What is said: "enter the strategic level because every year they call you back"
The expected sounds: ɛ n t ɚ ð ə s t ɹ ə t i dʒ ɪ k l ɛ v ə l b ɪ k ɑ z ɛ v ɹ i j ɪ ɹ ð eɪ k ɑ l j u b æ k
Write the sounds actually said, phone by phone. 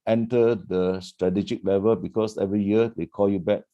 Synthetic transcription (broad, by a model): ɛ n t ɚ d ə s t ɹ ə t i dʒ ɪ k l ɛ v ə l b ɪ k ɑ s ɛ v ɹ i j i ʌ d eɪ k ɑ l j u b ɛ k